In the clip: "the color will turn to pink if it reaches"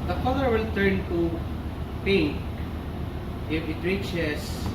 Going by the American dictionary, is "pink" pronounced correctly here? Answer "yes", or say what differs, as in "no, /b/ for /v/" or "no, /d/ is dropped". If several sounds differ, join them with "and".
no, /ŋ/ is dropped